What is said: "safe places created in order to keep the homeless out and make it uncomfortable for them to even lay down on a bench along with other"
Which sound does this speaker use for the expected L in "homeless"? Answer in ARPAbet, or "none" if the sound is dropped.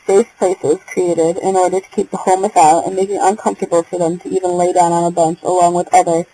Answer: none